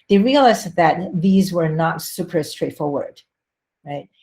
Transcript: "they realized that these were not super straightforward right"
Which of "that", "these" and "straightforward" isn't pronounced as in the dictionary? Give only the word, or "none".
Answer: none